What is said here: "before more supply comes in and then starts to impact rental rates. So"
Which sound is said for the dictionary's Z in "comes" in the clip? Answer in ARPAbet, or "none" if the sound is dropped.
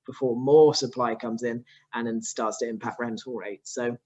Z